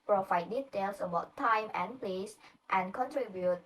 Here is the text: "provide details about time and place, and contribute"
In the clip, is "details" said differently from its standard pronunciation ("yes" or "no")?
yes